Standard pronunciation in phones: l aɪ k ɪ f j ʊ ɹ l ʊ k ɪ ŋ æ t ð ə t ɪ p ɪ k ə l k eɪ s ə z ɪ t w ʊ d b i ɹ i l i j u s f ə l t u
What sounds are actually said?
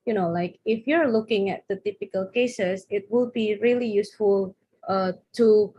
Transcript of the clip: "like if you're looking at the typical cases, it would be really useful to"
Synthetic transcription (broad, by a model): l aɪ k ɪ f j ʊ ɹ l ʊ k ɪ ŋ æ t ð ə t ɪ p ɪ k ə l k eɪ s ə s ɪ t w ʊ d b i ɹ i l i j u s f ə l t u